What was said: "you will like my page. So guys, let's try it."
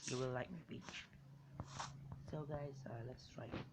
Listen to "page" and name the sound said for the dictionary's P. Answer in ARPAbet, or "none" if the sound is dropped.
B